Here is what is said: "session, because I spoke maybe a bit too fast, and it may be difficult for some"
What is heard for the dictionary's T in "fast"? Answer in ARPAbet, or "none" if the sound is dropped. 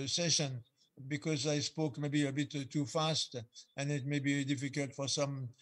T